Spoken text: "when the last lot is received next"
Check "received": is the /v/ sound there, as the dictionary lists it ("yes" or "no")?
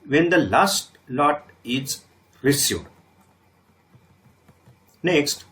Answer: no